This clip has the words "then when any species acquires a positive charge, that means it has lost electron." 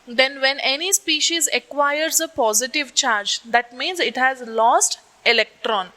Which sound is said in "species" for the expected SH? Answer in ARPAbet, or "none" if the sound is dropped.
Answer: SH